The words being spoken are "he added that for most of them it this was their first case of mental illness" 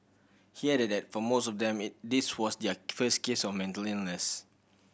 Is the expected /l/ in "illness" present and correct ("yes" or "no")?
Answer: no